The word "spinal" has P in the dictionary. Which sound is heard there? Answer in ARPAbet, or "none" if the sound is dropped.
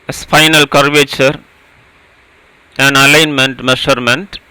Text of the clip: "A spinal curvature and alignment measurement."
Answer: F